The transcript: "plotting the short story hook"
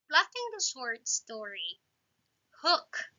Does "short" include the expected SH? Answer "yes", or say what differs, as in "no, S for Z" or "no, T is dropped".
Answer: no, S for SH